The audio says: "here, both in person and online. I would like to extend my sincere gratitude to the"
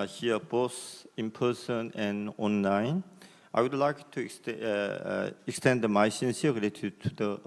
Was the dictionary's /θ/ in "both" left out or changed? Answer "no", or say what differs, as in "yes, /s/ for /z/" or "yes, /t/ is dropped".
yes, /s/ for /θ/